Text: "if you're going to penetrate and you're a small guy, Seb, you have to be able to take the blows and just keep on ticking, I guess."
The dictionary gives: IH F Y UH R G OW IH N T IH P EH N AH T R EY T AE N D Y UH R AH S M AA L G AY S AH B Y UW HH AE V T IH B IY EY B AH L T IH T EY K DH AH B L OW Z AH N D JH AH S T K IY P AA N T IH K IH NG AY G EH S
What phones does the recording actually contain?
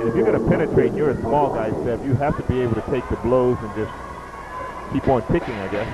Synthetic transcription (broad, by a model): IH F Y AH R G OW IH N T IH P EH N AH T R EY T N Y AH R AH S M AA L G AY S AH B Y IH HH AE F T IH B IY EY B L T IH T EY K DH AH B L OW Z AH N JH AH S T K IY P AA N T IH K IH NG AY G EH S